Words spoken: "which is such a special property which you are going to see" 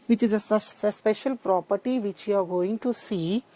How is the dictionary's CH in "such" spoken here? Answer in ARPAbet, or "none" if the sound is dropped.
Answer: S